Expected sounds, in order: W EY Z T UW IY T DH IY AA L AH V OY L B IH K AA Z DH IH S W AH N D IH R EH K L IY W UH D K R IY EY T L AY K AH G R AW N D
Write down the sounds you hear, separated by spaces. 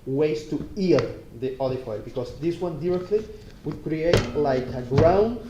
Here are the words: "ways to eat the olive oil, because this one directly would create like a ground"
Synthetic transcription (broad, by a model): W EY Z T UW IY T DH IY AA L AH F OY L B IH K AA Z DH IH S W AH N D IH R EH K L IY W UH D K R IY EY T L AY K AH G R AW N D